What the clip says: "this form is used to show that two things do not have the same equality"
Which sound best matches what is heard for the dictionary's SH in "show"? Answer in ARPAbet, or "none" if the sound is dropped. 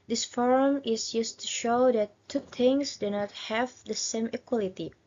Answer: SH